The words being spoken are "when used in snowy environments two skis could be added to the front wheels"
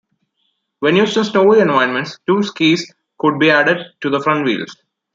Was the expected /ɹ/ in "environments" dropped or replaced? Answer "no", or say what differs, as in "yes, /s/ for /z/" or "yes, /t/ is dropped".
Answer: yes, /ɹ/ is dropped